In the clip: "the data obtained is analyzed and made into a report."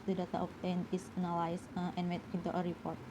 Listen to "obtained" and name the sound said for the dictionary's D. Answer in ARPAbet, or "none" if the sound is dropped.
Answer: none